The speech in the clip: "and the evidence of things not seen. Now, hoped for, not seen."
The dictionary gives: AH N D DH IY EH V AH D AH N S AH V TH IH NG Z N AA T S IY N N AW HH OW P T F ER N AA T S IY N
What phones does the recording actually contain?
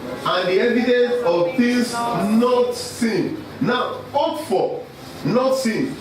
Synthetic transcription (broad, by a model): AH N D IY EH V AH D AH N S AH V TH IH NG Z N AA T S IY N N AW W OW T F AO N AA T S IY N